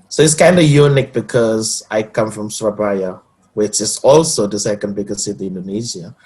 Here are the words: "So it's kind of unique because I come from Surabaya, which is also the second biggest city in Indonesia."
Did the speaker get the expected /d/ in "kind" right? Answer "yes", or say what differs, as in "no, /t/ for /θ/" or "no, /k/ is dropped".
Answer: yes